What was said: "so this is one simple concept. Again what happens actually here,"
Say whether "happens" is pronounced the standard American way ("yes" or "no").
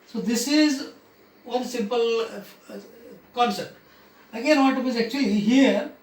no